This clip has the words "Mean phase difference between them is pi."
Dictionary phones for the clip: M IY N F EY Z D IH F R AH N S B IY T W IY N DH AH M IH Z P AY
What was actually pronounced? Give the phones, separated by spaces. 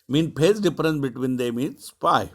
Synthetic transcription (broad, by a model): M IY N P EY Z D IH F R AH N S B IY T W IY N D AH M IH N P AY